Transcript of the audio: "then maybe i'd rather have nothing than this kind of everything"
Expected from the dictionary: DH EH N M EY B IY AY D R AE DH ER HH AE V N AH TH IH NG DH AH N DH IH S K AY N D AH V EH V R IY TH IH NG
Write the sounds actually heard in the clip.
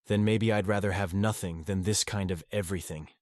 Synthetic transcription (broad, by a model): DH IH N M EY B IY AY D R AE DH ER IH V N AH TH IH NG DH AH N DH IH S K AY N D AH V EH V R IY TH IH NG